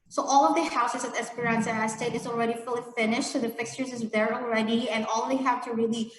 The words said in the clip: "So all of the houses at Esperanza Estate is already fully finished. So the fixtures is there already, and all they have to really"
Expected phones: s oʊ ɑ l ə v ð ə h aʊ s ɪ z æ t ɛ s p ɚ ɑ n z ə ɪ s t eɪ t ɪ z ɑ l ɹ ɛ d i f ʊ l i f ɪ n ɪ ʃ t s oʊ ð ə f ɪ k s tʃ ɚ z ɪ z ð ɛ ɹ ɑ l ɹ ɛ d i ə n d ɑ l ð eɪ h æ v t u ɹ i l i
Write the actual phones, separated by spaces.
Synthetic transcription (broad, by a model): s oʊ ɑ l ə v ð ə h aʊ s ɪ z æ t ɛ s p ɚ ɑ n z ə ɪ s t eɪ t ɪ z ɑ l ɹ ɛ d i f ʊ l i f ɪ n ɪ ʃ t s oʊ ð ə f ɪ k s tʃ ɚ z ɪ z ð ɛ ɹ ɑ l ɹ ɛ d i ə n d ɑ l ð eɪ h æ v t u ɹ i l i